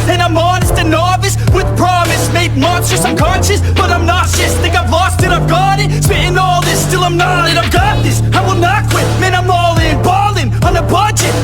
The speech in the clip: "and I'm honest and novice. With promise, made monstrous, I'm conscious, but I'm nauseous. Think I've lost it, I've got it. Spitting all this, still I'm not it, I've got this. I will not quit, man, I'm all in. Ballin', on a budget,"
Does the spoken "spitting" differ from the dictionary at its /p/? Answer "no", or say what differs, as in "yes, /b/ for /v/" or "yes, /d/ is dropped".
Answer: yes, /p/ is dropped